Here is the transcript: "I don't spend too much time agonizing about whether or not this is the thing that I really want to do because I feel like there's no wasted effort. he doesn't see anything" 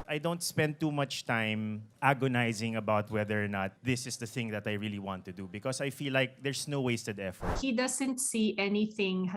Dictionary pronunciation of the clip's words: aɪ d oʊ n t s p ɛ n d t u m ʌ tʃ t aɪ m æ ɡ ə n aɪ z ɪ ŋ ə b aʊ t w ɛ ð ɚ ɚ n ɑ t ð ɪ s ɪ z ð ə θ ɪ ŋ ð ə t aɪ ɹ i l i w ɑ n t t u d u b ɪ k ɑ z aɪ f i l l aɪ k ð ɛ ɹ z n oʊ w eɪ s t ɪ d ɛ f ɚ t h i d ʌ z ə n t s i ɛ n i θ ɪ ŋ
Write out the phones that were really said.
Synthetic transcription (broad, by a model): aɪ d oʊ n t s p ɛ n d t u m ʌ tʃ t aɪ m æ ɡ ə n aɪ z ɪ ŋ ə b aʊ t w ɛ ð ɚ ɚ n ɑ t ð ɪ s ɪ s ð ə θ ɪ ŋ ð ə t aɪ ɹ i l i w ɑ n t t u d u b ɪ k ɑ s aɪ f i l l aɪ k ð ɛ ɹ s n oʊ w eɪ s t ɪ d ɛ f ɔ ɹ h i d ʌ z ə n t s i ɛ n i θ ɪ ŋ